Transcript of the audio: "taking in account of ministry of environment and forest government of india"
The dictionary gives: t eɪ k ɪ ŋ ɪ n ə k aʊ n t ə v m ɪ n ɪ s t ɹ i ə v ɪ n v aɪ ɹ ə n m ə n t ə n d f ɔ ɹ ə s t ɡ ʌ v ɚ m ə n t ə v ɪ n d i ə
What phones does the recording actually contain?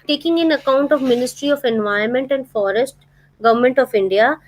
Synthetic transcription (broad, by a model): t eɪ k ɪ ŋ ɪ n ə k aʊ n t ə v m ɪ n ɪ s t ɹ i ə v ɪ n v aɪ ə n m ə n t ə n d f ɔ ɹ ə s t ɡ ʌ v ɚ m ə n t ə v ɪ n d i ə